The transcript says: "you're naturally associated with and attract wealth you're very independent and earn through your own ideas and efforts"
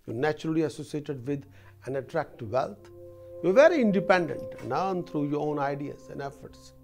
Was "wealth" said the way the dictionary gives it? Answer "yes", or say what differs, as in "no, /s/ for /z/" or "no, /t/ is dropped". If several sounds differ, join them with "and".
no, /t/ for /θ/